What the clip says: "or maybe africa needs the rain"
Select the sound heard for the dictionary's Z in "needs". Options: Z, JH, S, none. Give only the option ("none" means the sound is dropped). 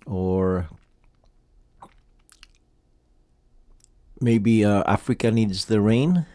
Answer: Z